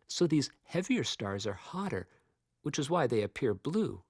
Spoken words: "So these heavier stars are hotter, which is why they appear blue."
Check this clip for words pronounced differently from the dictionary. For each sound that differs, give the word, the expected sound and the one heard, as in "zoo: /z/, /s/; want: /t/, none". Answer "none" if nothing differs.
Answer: none